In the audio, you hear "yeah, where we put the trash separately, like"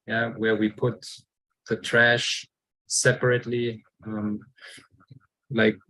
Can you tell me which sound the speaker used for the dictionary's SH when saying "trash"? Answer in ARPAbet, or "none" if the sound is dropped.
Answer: SH